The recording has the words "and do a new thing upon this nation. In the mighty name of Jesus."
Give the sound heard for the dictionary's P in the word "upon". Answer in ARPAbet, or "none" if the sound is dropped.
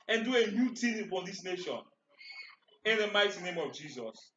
F